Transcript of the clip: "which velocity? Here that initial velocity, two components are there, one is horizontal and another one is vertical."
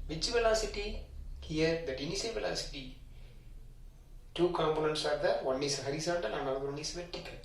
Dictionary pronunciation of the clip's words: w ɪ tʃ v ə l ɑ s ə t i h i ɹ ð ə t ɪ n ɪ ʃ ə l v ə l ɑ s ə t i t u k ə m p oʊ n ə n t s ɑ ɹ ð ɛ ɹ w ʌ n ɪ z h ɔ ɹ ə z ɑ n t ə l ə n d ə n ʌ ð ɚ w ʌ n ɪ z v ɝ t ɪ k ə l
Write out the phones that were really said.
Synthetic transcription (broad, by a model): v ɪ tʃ v ə l ɑ s ə t i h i ɹ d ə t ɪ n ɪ s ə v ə l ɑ s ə t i t u k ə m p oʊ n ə n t s ɑ ɹ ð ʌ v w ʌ n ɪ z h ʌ ɹ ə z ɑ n t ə l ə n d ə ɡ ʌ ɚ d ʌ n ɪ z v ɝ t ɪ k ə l